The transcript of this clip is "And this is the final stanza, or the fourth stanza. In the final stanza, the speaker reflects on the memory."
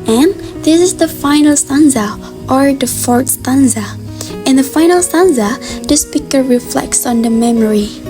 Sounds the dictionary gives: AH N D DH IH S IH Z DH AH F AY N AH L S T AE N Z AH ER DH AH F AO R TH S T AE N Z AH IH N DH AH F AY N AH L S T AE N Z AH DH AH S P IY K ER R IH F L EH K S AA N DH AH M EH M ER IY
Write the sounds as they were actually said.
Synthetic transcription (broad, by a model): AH N DH IH S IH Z DH AH F AY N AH L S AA N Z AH ER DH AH F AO R T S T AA N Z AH IH N DH AH F AY N AH L S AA N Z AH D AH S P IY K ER R IH F L EH K S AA N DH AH M EH M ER IY